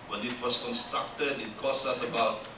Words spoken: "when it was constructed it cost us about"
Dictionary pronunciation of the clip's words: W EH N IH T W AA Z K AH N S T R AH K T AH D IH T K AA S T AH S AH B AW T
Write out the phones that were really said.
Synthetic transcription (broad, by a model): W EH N IH T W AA S K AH N S T R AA K T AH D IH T K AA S AH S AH B AW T